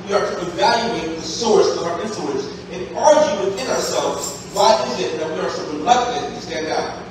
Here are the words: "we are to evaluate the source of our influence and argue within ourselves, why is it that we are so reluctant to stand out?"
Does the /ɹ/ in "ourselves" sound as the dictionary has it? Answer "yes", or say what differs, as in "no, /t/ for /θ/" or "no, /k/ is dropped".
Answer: yes